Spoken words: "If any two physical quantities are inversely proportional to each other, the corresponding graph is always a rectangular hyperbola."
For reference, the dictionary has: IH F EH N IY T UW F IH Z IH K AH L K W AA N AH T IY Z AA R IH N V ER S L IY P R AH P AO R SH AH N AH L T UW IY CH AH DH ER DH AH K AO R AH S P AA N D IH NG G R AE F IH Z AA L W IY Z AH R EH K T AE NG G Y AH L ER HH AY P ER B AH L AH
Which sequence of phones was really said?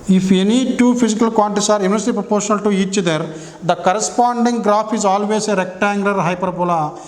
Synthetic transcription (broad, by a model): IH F EH N IY T UW P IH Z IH K AH L K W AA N T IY S AA R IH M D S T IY P R AH P AO R SH AH N AH L T UW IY CH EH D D AH K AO R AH S P AA N D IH NG G R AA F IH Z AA L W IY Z AH R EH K T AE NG G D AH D HH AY P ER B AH L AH